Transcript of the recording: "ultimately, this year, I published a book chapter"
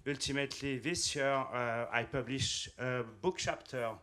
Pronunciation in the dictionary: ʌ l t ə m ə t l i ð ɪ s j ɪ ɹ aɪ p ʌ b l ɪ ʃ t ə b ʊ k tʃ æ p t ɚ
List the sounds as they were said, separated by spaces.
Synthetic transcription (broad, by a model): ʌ l t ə m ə t l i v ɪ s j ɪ ɹ aɪ p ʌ b l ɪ ʃ ə b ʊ k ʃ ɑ p t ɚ